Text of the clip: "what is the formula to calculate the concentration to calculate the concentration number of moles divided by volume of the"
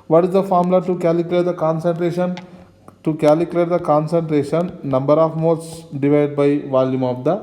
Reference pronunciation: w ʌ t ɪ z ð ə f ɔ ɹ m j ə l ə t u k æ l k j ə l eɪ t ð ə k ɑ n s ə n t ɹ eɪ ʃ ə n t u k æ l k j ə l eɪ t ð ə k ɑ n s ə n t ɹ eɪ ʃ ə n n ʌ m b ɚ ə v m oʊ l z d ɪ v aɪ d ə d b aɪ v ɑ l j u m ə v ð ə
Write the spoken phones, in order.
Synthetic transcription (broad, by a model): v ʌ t ɪ z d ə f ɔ ɹ m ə l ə t u k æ l k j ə l eɪ t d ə k ɑ n s ə n t ɹ eɪ ʃ ə n t u k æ l k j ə l eɪ t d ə k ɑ n s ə n t ɹ eɪ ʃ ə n n ʌ m b ɚ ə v m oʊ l s d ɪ v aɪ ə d b aɪ v ɑ l j u m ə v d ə